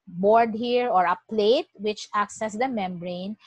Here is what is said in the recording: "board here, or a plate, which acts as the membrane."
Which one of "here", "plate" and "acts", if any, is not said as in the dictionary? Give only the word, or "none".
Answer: none